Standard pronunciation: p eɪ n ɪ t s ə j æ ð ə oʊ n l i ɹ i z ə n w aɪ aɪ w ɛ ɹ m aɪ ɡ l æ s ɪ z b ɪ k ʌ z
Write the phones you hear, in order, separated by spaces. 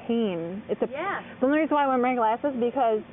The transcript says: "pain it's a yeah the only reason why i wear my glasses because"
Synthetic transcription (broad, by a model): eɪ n ɪ t s ə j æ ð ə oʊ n i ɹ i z w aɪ aɪ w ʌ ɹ m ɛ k l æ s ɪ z b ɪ k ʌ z